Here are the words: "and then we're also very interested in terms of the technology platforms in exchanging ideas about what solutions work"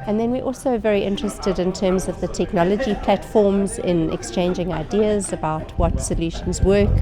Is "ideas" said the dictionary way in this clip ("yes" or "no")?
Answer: yes